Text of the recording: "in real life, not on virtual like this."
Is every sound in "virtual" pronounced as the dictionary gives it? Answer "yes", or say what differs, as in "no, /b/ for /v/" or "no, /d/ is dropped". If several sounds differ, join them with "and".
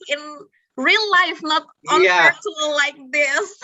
no, /p/ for /v/ and /s/ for /tʃ/